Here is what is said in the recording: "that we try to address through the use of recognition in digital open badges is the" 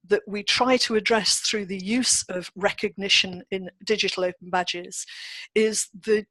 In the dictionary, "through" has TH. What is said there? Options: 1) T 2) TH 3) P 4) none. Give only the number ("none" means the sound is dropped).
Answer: 2